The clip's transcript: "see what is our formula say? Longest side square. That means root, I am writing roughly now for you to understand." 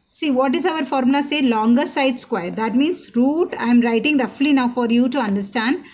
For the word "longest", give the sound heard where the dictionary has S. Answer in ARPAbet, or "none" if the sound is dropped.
none